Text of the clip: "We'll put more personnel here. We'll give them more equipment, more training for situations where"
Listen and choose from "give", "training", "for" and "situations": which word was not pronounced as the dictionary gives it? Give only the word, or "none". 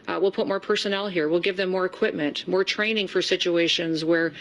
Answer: none